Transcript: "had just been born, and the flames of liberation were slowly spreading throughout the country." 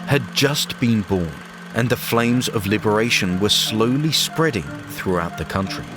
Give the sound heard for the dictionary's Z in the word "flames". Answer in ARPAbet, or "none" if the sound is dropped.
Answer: Z